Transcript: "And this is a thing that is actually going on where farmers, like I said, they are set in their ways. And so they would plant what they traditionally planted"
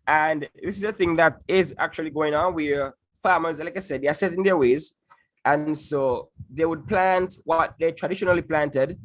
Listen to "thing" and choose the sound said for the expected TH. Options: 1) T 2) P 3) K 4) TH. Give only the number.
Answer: 4